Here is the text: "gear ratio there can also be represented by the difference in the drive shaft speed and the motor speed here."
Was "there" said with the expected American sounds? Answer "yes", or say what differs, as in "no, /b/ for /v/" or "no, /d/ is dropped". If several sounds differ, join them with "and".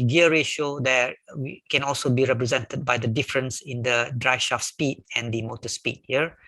no, /w/ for /ɹ/